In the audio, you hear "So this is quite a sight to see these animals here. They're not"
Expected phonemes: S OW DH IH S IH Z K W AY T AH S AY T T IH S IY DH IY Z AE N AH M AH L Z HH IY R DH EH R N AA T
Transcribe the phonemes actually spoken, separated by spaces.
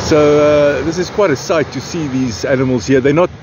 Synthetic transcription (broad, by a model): S OW DH IH S IH Z K W AY T AH S AY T T IH S IY DH IY Z AE N AH M AH L Z HH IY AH DH EH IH N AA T